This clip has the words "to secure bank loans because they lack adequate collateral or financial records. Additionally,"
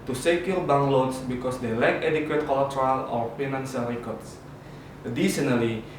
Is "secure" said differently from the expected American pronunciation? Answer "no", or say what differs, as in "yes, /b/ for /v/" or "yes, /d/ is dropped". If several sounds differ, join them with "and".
yes, /l/ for /ɹ/